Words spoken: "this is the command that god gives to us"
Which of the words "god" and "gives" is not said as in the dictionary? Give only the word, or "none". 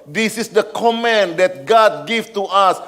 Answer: gives